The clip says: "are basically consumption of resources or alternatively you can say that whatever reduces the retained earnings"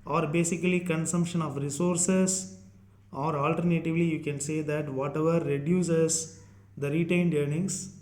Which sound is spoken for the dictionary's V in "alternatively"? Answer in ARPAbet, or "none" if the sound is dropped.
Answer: V